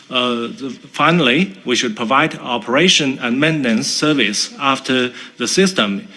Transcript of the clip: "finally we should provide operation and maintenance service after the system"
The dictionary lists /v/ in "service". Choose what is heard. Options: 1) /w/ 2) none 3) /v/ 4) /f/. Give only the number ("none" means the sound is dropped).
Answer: 3